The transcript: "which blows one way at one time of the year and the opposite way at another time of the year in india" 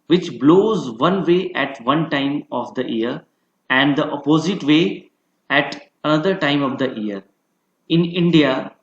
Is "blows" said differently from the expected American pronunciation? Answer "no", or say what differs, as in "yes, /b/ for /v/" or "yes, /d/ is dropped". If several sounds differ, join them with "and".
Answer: no